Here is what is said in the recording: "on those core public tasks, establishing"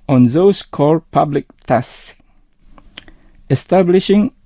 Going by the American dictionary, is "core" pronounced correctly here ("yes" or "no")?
no